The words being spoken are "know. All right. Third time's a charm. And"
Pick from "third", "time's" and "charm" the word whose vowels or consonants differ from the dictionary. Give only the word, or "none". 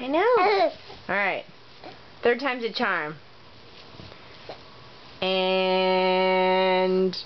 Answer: none